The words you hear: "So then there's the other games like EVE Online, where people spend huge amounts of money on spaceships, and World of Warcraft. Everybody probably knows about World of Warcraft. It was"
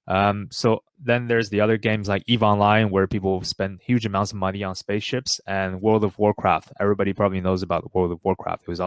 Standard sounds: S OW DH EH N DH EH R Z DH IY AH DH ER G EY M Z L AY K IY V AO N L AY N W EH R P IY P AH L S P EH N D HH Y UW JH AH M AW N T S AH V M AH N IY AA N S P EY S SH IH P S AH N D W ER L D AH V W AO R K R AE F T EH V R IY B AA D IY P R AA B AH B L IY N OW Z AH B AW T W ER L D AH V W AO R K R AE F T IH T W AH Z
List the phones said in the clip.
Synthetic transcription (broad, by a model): S OW DH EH N DH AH R Z DH IY AH DH ER G EY M Z L AY K IY V AO N L AY N W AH R P IY P L S P EH N D HH Y UW JH AH M AW N T S AH V M AH N IY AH N S P EY S SH IH P S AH N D W ER L D AH V W AO R K R AE F T EH V R IY B AA D IY P R AA B AH B L IY N OW Z AH B AW T W ER L D AH V W AO R K R AE F T IH T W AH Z